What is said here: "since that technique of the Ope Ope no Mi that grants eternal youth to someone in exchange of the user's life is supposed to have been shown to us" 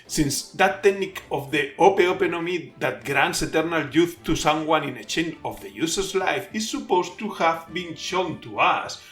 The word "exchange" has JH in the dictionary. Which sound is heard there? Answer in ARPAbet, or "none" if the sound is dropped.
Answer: none